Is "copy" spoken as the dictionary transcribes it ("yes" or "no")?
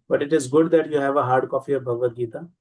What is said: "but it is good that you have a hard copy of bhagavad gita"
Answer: no